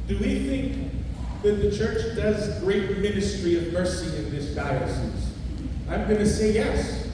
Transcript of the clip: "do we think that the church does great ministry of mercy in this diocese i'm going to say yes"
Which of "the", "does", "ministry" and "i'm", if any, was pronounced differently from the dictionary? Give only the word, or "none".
none